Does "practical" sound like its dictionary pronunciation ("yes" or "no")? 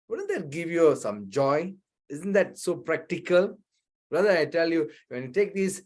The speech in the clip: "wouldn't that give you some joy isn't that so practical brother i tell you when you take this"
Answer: yes